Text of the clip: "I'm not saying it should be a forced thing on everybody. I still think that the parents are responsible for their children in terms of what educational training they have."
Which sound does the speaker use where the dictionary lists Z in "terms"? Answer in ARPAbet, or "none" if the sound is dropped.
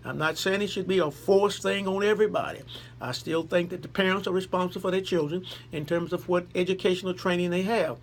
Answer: Z